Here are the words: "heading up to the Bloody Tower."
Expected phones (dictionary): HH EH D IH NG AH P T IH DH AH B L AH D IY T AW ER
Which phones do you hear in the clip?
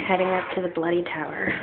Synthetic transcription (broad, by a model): HH EH D IH NG AH P T IH DH AH B L AH D IY T AW ER